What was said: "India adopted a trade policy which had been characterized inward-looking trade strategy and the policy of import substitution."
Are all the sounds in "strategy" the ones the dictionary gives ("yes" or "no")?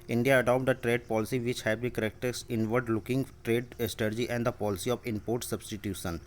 no